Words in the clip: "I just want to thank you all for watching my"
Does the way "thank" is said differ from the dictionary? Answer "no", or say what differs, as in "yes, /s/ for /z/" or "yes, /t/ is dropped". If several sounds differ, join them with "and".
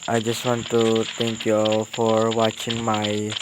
yes, /t/ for /θ/